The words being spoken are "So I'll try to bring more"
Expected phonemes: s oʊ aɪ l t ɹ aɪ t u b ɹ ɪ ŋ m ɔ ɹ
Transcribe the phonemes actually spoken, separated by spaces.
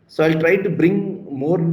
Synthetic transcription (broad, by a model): s oʊ aɪ l t ɹ aɪ t u b ɹ ɪ ŋ m ɔ ɹ